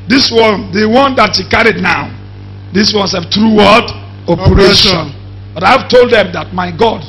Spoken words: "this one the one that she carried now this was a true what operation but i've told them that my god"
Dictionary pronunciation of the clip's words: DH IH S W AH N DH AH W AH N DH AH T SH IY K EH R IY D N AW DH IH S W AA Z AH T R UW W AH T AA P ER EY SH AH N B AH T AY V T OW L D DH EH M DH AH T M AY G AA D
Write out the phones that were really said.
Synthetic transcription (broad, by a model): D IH S W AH N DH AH W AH N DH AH T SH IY K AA R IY D N AW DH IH S W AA S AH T R UW W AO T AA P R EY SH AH N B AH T AY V T OW L D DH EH M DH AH T M AY G AA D